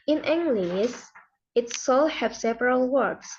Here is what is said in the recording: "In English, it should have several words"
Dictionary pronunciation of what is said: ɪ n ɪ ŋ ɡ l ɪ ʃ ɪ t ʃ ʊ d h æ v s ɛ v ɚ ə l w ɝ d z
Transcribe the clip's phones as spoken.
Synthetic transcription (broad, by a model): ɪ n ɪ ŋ ɡ l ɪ s ɪ t s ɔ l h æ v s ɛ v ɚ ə l w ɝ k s